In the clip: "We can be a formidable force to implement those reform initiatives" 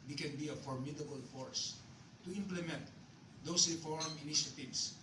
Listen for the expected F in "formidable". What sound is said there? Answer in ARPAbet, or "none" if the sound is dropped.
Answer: F